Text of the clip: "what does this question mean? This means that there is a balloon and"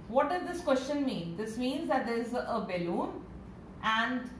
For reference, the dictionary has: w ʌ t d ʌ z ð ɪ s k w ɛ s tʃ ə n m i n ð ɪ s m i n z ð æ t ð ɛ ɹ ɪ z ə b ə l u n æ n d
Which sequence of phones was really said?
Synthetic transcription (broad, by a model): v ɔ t d ʌ z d ɪ s k w ɛ s tʃ ə n m i n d ɪ s m i n z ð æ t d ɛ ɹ ɪ z ə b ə l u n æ n d